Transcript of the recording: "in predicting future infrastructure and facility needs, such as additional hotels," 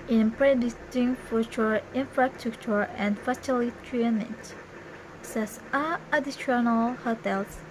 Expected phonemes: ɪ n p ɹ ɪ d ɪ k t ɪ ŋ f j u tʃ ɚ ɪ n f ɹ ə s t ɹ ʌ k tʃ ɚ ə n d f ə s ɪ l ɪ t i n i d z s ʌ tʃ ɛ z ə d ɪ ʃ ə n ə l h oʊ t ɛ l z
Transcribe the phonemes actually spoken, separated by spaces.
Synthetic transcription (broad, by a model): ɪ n p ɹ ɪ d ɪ t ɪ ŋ f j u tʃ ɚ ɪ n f ɹ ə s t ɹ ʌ k tʃ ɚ ə n d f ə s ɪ l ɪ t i n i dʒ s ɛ s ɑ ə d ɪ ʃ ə n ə l h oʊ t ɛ l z